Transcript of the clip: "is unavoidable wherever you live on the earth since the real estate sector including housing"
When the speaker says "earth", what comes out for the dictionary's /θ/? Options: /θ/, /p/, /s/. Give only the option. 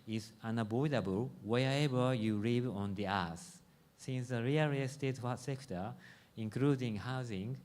/s/